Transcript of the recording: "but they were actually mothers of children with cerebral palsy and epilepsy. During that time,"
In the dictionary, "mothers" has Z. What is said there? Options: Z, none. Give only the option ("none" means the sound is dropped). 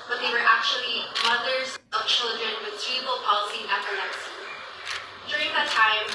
Z